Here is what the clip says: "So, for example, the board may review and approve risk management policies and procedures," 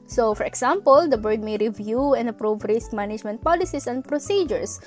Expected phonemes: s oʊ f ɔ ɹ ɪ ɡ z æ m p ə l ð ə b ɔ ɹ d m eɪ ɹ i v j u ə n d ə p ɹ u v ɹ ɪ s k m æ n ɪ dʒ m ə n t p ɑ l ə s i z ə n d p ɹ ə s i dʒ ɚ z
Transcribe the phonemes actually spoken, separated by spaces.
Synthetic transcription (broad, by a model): s oʊ f ɔ ɹ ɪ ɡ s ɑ m p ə l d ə b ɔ ɹ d m eɪ ɹ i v j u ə n ə p ɹ u v ɹ ɪ s k m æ n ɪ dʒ m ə n t p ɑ l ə s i s ə n d p ɹ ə s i dʒ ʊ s